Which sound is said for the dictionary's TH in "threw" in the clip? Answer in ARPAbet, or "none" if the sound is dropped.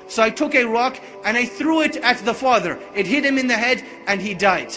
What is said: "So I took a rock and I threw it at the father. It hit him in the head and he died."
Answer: TH